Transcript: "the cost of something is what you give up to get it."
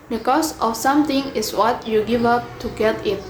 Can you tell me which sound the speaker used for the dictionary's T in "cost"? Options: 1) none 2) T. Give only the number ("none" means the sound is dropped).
1